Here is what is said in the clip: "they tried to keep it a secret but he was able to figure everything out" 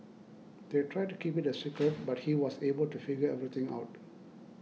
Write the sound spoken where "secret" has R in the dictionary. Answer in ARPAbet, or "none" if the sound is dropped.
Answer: none